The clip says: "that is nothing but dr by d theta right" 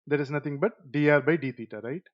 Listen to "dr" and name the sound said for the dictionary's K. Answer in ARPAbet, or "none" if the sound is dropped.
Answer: none